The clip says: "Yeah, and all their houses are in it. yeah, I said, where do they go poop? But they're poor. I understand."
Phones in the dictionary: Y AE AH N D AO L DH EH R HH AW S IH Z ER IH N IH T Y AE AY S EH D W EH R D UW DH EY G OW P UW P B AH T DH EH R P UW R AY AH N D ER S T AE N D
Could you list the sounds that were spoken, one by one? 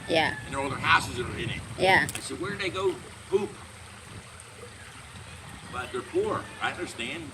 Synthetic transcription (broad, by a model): Y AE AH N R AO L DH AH R HH AW S IH Z ER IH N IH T Y AE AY S EH D W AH R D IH DH EY G OW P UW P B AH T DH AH R P UW R AY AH N D ER S T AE N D